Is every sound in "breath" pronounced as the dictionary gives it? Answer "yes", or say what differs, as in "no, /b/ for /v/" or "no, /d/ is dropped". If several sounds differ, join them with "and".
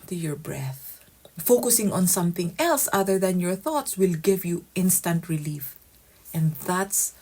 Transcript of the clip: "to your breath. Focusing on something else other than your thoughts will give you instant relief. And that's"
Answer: yes